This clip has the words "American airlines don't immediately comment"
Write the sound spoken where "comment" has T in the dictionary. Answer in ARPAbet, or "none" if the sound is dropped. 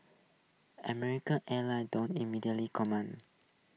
none